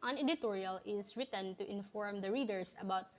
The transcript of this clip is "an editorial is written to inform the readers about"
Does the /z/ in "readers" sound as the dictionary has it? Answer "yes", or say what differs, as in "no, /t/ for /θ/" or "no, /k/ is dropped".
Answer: no, /s/ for /z/